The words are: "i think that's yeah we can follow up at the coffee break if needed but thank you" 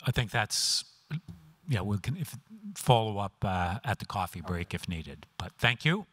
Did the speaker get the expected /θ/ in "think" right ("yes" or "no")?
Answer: yes